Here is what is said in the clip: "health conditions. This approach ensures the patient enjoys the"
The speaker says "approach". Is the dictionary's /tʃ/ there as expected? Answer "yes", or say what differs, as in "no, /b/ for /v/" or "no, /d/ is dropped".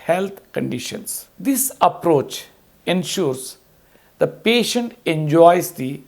yes